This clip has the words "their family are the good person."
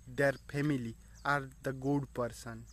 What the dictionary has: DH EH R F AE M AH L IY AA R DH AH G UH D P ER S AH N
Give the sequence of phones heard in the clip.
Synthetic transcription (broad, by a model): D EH R P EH M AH L IY AA R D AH G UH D P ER S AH N